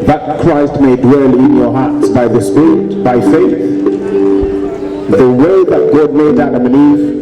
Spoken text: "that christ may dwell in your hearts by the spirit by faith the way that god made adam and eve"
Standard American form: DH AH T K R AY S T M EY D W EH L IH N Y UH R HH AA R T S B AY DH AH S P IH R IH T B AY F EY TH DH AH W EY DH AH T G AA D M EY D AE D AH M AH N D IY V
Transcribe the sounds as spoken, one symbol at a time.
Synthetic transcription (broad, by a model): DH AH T K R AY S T M EY D W EH L IH N Y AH R HH AA R T S B AY DH AH S P IH R IH T B AY F EY TH DH AH W EY DH AH T G AA D M EY D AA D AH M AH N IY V